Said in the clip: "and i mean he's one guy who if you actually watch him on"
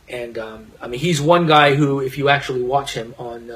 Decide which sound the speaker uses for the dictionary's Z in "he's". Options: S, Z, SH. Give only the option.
Z